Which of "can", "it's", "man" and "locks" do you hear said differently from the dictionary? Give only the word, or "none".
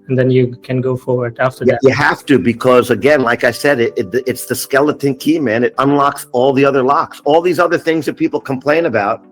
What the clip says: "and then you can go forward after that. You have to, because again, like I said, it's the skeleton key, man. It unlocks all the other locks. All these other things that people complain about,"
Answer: none